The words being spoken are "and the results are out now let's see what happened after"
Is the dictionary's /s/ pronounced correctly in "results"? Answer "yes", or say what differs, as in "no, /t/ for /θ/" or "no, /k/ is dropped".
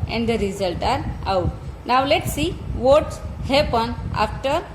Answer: no, /s/ is dropped